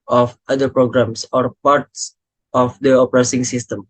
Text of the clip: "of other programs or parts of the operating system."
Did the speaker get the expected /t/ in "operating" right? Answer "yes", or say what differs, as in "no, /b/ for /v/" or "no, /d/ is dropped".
no, /s/ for /t/